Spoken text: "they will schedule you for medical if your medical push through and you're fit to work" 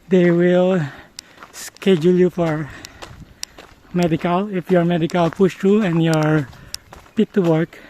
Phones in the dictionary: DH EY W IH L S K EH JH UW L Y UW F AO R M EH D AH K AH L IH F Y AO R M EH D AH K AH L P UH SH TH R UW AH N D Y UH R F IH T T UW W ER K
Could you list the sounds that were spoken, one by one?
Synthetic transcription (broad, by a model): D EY W IH L S K EH JH UW L Y UW F AO R M EH D AH K AH L IH F Y AO R M EH D AH K AH L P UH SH T R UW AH N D Y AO R P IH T T UW W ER K